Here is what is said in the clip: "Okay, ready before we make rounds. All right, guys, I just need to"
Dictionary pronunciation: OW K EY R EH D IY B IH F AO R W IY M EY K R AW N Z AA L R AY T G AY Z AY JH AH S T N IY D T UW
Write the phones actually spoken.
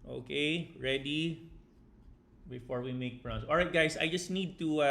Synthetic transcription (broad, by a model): OW K EY R EH D IY B IH F AO R W IY M EY K R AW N S AA L R AY T G AY S AY JH AH S T N IY D T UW